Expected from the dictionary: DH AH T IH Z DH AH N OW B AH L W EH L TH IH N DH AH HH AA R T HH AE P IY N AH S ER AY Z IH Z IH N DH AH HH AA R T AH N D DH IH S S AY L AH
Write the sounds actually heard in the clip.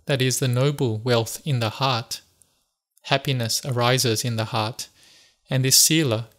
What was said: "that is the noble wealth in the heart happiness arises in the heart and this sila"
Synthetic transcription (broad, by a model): DH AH T IH Z DH AH N OW B L W EH L TH IH N DH AH HH AA R T HH AE P IY N AH S ER AY Z IH Z IH N DH AH HH AA R T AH N DH IH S S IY L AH